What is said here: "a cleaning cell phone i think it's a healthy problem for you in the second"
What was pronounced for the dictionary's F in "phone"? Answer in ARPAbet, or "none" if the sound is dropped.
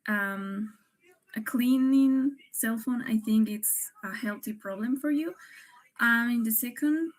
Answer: F